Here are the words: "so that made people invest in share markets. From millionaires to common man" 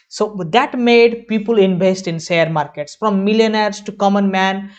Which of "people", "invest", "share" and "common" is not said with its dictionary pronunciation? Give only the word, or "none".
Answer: share